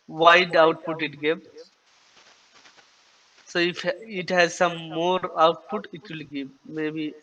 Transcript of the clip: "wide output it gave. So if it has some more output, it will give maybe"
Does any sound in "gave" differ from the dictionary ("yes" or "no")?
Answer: yes